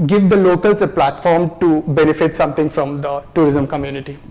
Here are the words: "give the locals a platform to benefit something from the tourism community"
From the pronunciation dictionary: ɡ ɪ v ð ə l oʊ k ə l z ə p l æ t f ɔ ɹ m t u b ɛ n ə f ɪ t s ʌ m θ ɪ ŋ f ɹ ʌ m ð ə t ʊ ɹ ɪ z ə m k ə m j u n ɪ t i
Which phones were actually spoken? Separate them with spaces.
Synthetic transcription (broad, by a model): ɡ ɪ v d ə l oʊ k ə l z ə p l æ t f ɔ ɹ m t u b ɛ n ə f ɪ t s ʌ m t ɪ ŋ f ɹ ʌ m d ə t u ɹ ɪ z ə m k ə m j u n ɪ t i